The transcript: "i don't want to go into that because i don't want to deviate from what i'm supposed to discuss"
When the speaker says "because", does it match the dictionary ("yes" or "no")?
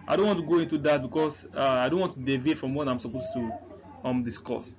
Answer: no